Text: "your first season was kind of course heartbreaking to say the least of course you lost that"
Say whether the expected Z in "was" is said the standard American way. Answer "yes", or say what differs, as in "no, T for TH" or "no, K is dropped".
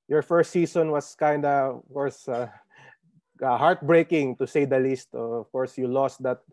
no, S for Z